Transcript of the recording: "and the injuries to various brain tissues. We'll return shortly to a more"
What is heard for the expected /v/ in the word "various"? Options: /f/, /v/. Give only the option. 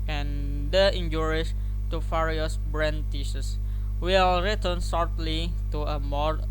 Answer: /f/